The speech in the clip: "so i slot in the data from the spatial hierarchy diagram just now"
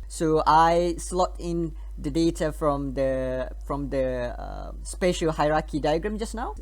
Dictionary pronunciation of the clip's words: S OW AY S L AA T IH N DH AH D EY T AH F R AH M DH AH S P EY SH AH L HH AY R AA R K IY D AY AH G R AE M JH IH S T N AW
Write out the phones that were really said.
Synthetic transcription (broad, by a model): S OW AY S L AA T IH N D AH D EY T AH F R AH M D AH S P EY SH AH L HH AY R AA K IY D AY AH G R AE M JH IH S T N AW